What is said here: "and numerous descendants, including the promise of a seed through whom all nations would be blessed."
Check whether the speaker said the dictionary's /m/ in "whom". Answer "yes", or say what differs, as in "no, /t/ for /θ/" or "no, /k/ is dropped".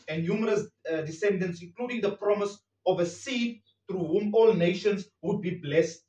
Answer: yes